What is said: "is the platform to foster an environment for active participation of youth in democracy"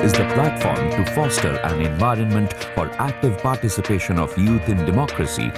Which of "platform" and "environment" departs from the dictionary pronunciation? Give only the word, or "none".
none